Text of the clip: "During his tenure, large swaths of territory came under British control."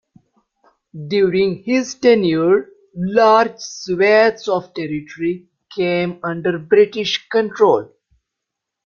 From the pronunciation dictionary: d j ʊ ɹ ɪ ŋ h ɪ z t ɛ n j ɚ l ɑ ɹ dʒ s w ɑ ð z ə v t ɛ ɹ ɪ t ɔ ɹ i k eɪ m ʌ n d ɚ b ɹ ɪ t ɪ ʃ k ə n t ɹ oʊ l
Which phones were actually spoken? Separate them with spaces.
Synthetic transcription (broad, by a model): d j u ɹ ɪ ŋ h ɪ z t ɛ n j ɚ l ɑ ɹ dʒ s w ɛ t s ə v t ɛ ɹ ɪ t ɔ ɹ i k eɪ m ʌ n d ɚ b ɹ ɪ t ɪ ʃ k ə n t ɹ oʊ l